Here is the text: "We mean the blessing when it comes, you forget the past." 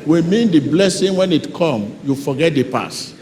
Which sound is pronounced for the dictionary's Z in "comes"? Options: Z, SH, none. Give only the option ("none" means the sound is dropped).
none